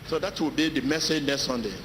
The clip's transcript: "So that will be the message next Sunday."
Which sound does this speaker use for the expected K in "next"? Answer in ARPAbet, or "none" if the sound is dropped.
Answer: none